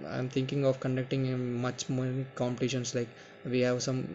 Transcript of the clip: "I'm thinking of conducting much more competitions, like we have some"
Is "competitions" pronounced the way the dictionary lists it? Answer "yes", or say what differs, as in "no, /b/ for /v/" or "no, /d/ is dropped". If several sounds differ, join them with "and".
no, /s/ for /z/